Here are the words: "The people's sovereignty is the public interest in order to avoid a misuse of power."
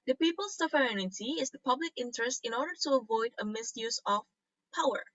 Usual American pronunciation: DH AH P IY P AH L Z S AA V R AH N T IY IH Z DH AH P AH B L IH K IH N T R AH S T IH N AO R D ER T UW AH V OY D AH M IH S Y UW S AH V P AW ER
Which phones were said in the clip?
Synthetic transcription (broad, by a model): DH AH P IY P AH L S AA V R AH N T IY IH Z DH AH P AH B L IH K IH N T R AH S T IH N AO R D ER T UW AH V OY D AH M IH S Y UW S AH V P AW ER